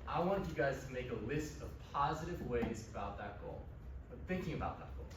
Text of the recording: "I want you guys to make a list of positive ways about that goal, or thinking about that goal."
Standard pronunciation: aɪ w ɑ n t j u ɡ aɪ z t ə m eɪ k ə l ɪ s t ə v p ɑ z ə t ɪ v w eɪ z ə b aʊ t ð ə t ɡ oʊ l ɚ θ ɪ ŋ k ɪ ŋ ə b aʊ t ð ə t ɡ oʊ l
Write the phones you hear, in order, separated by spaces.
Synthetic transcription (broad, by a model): aɪ w ɑ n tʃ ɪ ɡ aɪ z t ə m eɪ k ə l ɪ s t ə v p ɑ z ə t ɪ v w eɪ z ə b aʊ t ð ə t ɡ oʊ l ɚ θ ɪ ŋ k ɪ ŋ ə b aʊ t ð ə t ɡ oʊ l